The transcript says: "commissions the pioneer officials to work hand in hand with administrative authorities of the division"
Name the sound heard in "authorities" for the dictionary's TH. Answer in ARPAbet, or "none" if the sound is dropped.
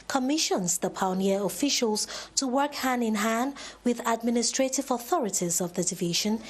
TH